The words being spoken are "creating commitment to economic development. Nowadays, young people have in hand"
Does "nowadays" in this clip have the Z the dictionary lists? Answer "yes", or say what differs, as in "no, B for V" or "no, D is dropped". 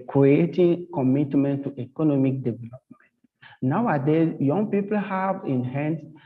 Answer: no, Z is dropped